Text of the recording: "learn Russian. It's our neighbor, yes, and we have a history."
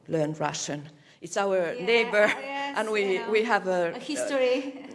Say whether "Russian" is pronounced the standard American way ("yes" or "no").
yes